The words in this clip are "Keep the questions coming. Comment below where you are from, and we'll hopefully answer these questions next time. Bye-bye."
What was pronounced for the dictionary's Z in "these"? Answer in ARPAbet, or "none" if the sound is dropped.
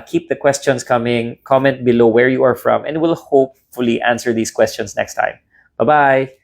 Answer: S